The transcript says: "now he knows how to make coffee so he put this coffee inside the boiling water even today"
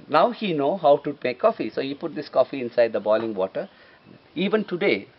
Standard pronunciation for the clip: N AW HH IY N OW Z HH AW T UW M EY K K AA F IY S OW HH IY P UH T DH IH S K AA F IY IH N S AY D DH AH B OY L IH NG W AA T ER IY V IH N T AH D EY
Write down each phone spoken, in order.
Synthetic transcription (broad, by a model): N AW HH IY N OW HH AW T UW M EY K K AA F IY S OW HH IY P UH T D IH S K AA F IY IH N S AY D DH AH B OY L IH NG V AA T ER IY V IH N T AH D EY